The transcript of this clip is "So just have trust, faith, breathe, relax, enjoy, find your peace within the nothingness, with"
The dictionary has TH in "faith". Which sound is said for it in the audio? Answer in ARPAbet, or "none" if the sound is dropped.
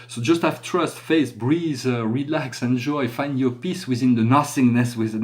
S